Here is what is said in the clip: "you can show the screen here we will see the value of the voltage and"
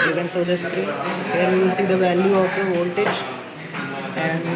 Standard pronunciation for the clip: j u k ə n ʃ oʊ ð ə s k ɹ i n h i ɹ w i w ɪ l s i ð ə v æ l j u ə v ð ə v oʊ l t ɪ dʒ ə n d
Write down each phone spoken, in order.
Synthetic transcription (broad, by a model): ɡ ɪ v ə n s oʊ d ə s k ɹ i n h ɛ ɹ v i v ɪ l s i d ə v æ l j u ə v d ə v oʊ l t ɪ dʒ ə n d